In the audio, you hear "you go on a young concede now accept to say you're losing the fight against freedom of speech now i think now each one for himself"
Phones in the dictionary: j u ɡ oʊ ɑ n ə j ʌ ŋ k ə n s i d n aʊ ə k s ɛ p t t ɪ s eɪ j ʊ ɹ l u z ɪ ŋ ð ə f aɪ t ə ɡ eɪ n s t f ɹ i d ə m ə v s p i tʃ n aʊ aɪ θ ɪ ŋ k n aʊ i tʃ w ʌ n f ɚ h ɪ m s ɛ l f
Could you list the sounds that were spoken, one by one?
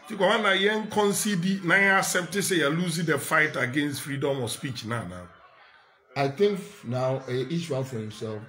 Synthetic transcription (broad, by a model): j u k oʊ ɑ n ə j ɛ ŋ k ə n s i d n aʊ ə s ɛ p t t ɪ s eɪ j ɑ l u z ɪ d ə f aɪ t ə ɡ eɪ n s t f ɹ i d ə m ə s p i tʃ n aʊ aɪ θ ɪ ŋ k n aʊ i tʃ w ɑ n f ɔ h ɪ m s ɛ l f